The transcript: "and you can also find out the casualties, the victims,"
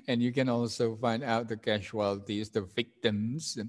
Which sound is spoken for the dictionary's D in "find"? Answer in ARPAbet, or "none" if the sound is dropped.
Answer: D